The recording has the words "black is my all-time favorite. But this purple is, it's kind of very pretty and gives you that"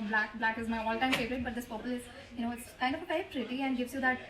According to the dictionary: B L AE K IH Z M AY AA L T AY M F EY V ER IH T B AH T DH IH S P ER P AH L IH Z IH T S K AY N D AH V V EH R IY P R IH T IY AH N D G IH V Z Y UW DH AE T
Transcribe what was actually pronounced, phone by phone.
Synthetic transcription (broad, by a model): B L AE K IH Z M AY AA L T AY M F EY V ER IH T B AH T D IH S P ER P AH L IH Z IH T S K AY N D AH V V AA IY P R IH T IY AH N D G IH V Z Y UW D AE T